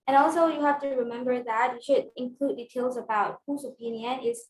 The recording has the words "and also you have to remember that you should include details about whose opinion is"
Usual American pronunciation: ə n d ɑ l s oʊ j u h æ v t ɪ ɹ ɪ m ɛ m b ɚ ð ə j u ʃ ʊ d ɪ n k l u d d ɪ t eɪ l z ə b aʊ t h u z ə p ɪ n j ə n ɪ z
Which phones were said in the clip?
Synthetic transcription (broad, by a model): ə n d ɑ l s oʊ j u h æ f t ɪ ɹ ɪ m ɛ m b ɚ ð ə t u ʃ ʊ d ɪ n k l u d d ɪ t eɪ l z ə b aʊ t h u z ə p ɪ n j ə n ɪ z